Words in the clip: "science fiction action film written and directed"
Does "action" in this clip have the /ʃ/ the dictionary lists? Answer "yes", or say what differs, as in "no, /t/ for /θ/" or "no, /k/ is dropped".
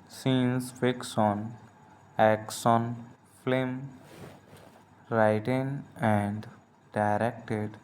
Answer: no, /s/ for /ʃ/